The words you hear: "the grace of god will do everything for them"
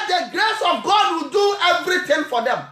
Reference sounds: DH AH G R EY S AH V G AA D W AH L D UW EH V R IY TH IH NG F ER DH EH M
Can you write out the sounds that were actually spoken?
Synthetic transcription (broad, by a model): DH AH G R EY S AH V G AA D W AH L D UW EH V R IY T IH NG F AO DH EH M